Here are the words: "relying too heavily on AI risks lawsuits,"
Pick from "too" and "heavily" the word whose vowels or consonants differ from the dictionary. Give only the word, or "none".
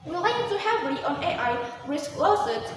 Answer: heavily